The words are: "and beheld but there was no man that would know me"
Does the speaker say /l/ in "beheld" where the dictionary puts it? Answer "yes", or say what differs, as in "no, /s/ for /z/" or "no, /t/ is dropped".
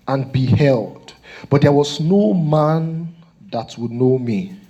yes